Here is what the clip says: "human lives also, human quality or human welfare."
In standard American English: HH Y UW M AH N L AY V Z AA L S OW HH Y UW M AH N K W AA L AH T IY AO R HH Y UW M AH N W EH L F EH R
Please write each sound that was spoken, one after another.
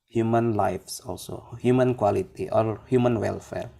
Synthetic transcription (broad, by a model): HH Y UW M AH N L AY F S AA L S OW HH Y UW M AH N K W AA L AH T IY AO L HH Y UW M AH N W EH L F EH R